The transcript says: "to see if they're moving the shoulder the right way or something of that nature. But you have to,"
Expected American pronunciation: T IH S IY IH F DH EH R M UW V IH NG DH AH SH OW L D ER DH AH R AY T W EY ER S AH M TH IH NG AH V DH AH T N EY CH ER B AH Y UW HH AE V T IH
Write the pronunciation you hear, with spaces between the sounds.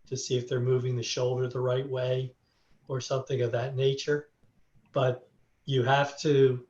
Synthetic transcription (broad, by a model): T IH S IY IH F DH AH R M UW V IH NG DH AH SH OW L D ER DH AH R AY T W EY ER S AH M TH IH NG AH V DH AH T N EY CH ER B AH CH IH HH AE F T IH